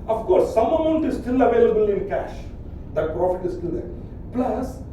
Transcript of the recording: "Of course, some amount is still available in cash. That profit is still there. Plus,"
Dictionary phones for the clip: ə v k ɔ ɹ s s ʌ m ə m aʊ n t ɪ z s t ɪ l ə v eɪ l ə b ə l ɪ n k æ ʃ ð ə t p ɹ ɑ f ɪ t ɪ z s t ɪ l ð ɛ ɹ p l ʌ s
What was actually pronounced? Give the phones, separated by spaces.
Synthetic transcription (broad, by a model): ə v k ɔ ɹ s s ʌ m ə m aʊ n t ɪ z s t ɪ l ə v eɪ l ə b ə l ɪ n k æ ʃ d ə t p ɹ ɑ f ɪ t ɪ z s t ɪ l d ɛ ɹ p l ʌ s